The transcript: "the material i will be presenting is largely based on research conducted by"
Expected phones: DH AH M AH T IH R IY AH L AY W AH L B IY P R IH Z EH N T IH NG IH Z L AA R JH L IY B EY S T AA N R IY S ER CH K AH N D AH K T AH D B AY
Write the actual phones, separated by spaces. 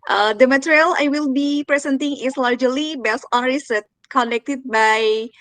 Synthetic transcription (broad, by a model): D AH M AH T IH R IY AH L AY W AH L B IY P R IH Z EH N T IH NG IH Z L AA R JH L IY B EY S AA N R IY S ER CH K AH N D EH K T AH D B AY